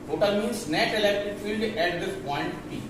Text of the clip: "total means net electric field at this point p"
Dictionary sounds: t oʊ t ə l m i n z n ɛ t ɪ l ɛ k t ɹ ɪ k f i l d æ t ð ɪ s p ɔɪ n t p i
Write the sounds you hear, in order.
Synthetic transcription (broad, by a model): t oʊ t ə l m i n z n ɛ t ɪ l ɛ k t ɪ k f i l d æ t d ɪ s p ɔɪ n t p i